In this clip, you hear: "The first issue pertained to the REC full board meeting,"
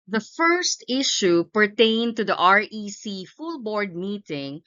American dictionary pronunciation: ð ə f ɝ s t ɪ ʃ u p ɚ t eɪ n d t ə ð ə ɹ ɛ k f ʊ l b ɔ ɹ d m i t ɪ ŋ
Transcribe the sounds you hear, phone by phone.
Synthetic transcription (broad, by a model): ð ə f ɝ s t ɪ ʃ u p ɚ t eɪ n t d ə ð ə ɹ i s f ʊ l b ɔ ɹ d m i t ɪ ŋ